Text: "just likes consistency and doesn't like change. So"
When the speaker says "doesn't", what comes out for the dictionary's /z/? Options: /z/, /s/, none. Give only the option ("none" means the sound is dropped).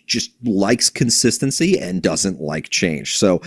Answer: /z/